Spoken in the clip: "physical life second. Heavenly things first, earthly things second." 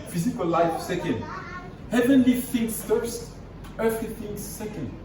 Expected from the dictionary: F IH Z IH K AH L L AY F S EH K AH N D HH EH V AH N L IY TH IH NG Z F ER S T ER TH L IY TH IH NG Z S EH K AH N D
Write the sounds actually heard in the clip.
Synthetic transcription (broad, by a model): F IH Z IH K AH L L AY F S EH K AH N D HH EH V AH N L IY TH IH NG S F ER S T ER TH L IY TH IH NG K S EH K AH N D